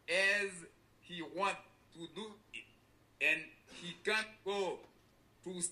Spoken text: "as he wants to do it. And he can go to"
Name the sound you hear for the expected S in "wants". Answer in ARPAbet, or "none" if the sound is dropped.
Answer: none